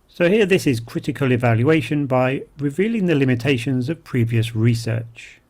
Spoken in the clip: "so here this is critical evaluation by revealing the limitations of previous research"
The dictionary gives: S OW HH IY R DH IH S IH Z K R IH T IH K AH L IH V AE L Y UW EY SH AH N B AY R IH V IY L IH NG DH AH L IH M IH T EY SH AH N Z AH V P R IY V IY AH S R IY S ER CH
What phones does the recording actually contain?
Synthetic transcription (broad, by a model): S OW HH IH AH DH IH S IH Z K R IH T IH K AH L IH V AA L Y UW EY SH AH N B AY R IH V IY L IH NG DH AH L IH M IH T EY SH AH N Z AH V P R IY V IY AH S R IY S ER CH